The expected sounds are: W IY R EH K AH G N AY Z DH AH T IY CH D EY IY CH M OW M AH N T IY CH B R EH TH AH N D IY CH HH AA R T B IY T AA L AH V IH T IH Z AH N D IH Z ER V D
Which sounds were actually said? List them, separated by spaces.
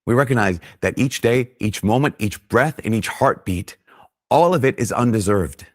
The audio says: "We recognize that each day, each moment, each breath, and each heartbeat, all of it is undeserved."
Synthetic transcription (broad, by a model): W IY R EH K AH G N AY Z DH AH T IY CH D EY IY CH M OW M AH N T IY CH B R EH TH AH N IY CH HH AA R T B IY T AA L AH V IH T IH Z AH N D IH Z ER V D